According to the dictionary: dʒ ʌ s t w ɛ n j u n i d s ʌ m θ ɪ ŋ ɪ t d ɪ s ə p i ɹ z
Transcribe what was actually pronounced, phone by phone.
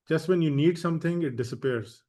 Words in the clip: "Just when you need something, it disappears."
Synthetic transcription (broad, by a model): dʒ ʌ s t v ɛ n j u n i d s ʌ m t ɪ ŋ ɪ t d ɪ s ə p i ɹ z